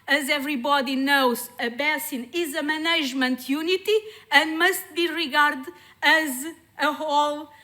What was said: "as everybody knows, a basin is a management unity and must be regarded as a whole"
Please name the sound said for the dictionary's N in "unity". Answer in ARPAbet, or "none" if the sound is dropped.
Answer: N